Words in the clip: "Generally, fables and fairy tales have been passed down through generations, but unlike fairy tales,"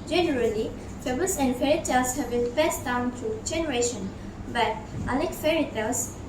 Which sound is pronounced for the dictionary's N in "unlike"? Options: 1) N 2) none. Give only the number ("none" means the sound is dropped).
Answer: 2